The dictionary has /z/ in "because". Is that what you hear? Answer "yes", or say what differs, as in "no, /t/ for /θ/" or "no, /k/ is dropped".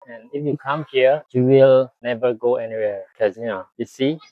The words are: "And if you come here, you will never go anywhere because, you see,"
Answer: no, /z/ is dropped